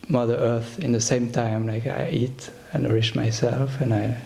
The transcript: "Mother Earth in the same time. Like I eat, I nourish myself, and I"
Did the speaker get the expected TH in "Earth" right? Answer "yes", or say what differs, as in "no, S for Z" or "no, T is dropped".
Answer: yes